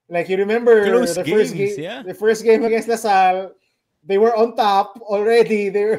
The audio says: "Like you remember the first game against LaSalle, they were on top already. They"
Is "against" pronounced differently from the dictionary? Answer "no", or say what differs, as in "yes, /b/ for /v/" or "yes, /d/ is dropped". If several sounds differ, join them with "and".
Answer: yes, /n/ is dropped